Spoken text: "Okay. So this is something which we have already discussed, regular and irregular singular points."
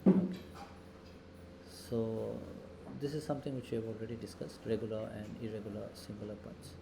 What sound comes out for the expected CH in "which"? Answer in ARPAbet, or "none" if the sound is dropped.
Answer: CH